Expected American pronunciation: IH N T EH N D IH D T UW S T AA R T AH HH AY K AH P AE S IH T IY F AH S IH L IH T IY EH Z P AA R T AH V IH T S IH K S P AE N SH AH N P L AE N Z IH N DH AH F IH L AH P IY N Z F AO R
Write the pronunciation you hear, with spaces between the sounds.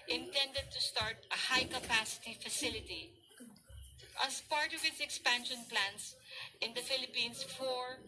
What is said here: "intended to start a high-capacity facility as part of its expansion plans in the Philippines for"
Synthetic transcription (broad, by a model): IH N T EH N D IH D T UW S T AA R T AH HH AY K AH P AE S IH T IY F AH S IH L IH T IY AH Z P AA R T AH V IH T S IH K S P AE N SH AH N P L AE N S IH N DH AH F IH L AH P IY N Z F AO R